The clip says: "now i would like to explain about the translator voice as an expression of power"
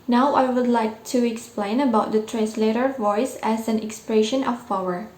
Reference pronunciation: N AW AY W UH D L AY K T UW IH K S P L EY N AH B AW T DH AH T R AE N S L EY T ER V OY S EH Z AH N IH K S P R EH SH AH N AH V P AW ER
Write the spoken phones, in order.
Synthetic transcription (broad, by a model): N AW AY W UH D L AY K T UW IH K S P L EY N AH B AW T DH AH T R AE N S L EY T ER V OY S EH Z AH N IH K S P R EH SH AH N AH F P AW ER